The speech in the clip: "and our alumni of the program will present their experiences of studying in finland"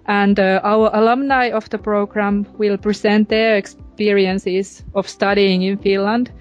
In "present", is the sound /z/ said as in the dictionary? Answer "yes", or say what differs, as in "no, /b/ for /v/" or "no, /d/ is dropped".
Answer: no, /s/ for /z/